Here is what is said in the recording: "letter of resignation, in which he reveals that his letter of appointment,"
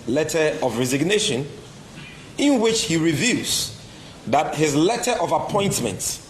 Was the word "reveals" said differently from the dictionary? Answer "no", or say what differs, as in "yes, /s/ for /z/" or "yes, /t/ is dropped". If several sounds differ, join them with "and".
yes, /l/ is dropped